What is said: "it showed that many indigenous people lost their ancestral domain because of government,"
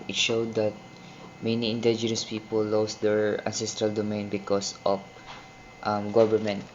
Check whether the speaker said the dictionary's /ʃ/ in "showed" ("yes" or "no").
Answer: yes